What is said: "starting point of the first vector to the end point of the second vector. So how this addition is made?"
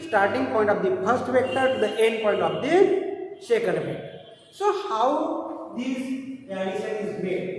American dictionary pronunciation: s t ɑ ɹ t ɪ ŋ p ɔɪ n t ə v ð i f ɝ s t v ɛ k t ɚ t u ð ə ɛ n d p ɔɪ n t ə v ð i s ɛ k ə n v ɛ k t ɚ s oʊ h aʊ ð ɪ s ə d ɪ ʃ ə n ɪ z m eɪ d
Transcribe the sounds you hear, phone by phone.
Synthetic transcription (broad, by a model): s t ɑ ɹ t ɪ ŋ p ɔɪ n t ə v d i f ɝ s t v ɛ k t ɚ t u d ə ɛ n d p ɔɪ n t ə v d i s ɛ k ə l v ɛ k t s oʊ h aʊ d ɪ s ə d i s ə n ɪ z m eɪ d